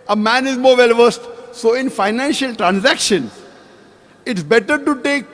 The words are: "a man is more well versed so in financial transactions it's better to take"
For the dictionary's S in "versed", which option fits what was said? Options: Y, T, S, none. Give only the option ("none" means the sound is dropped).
S